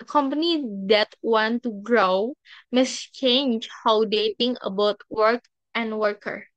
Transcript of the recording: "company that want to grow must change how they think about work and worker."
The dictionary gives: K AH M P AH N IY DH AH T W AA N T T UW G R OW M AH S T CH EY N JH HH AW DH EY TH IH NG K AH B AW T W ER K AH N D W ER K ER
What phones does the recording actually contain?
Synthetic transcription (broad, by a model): K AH M P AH N IY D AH T W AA N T T UW G R OW M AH S CH EY N JH HH AW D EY T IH NG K AH B AW T W ER K AH N D W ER K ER